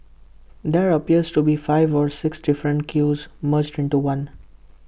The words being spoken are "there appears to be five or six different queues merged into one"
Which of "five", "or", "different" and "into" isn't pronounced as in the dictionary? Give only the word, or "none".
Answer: none